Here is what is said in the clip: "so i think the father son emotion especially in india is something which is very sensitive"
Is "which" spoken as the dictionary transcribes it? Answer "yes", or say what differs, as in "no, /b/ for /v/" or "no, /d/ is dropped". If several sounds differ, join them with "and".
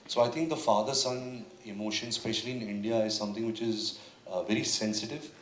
yes